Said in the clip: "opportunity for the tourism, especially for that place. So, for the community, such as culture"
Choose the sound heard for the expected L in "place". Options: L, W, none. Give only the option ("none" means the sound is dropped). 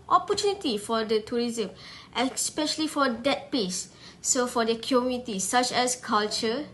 none